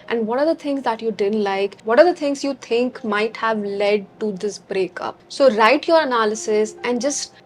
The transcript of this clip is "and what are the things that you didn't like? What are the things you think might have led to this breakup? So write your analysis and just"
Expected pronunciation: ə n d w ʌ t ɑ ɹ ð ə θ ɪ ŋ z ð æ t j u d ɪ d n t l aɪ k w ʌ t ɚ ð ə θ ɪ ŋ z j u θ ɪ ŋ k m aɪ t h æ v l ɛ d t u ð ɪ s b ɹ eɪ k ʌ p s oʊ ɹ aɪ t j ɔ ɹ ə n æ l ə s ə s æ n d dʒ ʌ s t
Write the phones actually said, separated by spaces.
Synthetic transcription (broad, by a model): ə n d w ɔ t ɑ ɹ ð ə t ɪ ŋ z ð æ t j u d ɪ d n t l aɪ k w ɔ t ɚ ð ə t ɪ ŋ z j u t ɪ ŋ k m aɪ t h æ v l ɛ d t u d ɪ s b ɹ eɪ k ʌ p s oʊ ɹ aɪ t j ɔ ɹ ə n æ l ə s ə s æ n d dʒ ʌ s t